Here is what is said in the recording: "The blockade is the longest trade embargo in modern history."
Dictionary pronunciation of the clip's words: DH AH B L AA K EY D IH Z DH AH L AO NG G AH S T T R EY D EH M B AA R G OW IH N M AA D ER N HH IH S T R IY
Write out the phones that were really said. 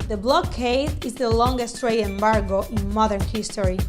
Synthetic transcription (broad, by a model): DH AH B L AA K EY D IH Z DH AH L AO NG G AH S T T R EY EH M B AA R G OW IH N M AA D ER N HH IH S T R IY